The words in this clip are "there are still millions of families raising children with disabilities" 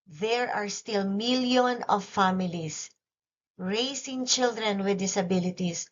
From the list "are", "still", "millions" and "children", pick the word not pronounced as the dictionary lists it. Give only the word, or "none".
millions